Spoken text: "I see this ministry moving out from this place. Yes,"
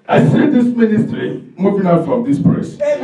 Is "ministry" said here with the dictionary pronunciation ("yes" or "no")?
yes